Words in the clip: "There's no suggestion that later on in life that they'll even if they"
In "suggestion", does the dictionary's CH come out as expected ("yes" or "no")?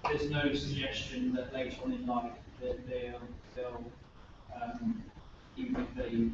yes